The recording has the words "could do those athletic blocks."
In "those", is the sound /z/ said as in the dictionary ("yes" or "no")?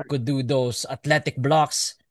no